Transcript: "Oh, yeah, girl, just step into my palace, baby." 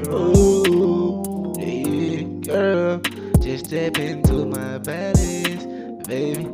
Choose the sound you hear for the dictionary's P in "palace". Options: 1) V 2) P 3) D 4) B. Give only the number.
4